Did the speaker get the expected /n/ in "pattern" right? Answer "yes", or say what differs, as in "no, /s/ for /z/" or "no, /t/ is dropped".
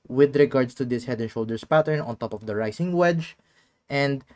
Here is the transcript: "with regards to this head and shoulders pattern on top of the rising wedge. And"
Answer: yes